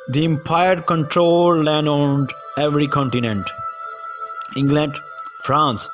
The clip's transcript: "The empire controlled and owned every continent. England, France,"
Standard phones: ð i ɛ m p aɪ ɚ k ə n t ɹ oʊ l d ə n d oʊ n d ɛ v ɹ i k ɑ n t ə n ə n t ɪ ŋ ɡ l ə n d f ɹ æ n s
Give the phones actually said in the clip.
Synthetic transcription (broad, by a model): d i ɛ m p aɪ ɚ k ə n t ɹ oʊ l ə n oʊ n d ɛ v ɹ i k ɑ n t ə n ə n t ɪ ŋ ɡ l ə n d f ɹ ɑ n s